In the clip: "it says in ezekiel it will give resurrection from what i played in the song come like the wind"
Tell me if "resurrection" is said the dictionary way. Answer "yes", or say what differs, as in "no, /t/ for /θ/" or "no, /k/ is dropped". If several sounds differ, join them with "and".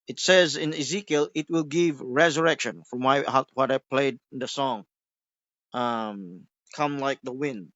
yes